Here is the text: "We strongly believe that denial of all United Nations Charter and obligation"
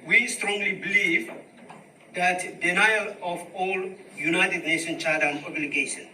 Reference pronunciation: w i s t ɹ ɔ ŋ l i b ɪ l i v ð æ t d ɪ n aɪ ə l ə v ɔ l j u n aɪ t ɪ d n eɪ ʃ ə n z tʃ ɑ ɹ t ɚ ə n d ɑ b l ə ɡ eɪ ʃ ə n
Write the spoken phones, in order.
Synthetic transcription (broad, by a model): w i s t ɹ ɔ ŋ l i b ɪ l i v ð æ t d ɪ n aɪ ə l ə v ɔ l j u n aɪ t ɪ d n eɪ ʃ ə n tʃ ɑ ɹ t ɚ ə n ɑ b l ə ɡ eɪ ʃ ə n